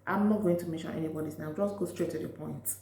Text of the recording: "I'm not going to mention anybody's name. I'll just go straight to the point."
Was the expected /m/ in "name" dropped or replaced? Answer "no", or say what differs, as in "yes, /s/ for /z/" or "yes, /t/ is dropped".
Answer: yes, /m/ is dropped